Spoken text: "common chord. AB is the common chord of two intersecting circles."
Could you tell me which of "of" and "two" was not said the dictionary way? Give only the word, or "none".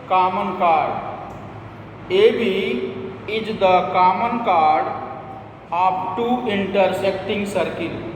of